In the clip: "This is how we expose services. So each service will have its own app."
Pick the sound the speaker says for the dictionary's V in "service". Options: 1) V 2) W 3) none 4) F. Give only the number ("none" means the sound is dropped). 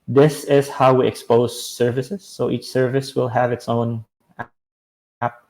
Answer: 1